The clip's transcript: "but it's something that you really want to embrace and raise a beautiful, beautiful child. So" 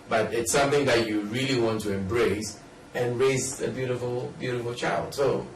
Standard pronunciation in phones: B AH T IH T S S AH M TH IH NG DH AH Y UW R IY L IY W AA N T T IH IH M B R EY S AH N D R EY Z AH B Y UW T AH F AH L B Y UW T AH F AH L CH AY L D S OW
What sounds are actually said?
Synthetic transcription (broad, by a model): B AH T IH T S S AH M TH IH NG DH AH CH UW R IY L IY W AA N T T IH IH M B R EY S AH N R EY Z AH B Y UW T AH F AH L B Y UW T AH F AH L CH AY L D S OW